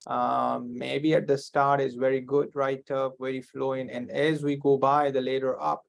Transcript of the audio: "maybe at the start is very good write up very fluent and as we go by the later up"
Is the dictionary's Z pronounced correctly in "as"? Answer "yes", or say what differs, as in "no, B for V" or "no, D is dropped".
yes